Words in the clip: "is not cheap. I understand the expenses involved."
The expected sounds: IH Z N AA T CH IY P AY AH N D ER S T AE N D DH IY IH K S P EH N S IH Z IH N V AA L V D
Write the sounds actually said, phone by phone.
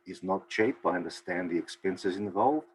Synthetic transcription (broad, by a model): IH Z N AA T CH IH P AY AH N D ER S T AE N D DH IY IH K S P EH N S IH Z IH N V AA L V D